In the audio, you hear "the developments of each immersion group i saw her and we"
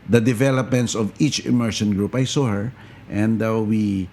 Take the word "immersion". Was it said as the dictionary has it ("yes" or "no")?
no